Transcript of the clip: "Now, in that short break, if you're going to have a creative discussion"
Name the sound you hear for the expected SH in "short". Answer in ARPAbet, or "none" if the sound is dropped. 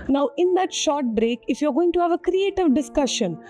SH